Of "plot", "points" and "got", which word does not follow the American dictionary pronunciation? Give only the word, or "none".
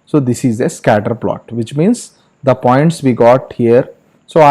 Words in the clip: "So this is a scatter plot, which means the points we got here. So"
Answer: none